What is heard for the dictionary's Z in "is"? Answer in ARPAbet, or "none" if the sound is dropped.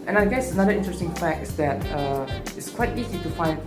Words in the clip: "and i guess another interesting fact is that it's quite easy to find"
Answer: S